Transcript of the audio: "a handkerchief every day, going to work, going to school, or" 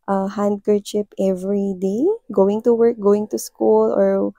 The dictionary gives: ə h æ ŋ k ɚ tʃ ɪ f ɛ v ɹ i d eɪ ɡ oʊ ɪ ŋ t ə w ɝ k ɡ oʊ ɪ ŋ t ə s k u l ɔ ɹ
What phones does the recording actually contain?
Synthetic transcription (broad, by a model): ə h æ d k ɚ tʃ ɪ p ɛ v ɹ i d eɪ ɡ oʊ ɪ ŋ t ə w ɝ k ɡ oʊ ɪ ŋ t ə s k u l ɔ ɹ